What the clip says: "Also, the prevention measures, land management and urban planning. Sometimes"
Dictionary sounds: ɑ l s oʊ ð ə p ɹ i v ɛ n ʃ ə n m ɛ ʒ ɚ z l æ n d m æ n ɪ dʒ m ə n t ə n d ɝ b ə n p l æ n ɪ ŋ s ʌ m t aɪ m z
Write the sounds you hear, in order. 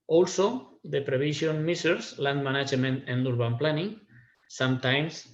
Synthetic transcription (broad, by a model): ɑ l s oʊ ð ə p ɹ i b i ʃ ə n m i s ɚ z l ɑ n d m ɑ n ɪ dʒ m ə n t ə n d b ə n p l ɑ n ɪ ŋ s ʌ m t aɪ m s